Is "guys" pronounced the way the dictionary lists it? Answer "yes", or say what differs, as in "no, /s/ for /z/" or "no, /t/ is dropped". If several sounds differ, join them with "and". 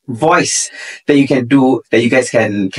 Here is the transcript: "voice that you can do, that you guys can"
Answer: no, /s/ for /z/